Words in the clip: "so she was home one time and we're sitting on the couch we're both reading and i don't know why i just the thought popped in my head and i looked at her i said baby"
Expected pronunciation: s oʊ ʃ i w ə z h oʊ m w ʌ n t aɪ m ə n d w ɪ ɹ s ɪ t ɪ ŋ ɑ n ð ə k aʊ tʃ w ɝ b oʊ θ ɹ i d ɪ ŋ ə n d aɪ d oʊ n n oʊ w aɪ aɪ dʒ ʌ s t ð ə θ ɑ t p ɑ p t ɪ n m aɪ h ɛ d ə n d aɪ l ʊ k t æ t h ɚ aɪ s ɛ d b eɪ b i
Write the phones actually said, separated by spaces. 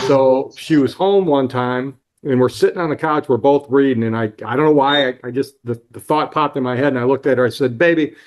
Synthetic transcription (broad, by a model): s oʊ ʃ i w ə z h oʊ m w ʌ n t aɪ m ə n w ɪ ɹ s ɪ t ɪ ŋ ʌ n ð ə k aʊ tʃ w ɝ b oʊ θ ɹ i d ɪ ŋ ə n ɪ aɪ d oʊ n n oʊ w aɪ aɪ dʒ ʌ s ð ð ə θ ɑ t p ɑ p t ɪ n m aɪ h ɛ d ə n aɪ l ʊ k t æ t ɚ aɪ s ɛ d b eɪ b i